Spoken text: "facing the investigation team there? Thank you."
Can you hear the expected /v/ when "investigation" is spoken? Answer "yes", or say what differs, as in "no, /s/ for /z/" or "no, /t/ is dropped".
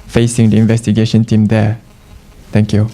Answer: yes